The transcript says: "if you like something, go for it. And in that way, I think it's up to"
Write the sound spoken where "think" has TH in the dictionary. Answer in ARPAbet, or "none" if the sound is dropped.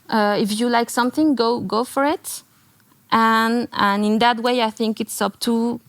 TH